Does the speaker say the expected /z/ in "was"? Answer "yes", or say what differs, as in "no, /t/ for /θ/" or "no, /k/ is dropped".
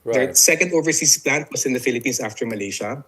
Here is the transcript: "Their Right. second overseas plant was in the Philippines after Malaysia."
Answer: no, /s/ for /z/